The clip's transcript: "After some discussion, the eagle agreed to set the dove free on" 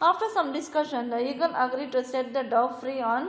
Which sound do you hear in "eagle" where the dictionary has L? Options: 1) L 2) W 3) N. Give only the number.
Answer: 3